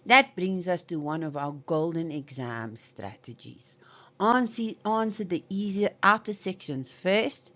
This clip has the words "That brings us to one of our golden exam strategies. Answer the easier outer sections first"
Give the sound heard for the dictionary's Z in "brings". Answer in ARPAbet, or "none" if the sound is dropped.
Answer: Z